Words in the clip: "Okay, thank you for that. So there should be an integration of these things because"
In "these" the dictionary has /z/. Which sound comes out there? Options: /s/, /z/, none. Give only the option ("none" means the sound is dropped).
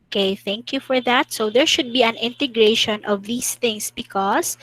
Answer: /s/